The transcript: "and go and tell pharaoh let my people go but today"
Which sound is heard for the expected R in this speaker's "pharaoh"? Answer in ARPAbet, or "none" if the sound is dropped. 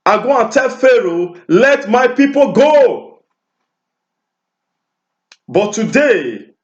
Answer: R